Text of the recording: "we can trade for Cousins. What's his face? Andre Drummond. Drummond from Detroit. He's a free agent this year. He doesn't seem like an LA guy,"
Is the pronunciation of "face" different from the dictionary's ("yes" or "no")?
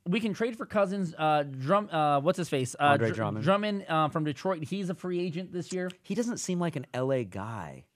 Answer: no